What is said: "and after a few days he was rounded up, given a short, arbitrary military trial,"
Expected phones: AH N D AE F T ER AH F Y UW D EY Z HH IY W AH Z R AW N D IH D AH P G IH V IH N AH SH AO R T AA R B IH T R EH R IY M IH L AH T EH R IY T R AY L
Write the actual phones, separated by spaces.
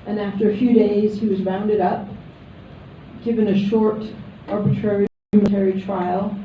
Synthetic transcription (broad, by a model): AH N AE F T ER AH F Y UW D EY Z HH IY W AH Z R AW N D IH D AH P G IH V IH N AH SH AO R T AA R B IH T R EH R IY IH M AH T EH R IY T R AY L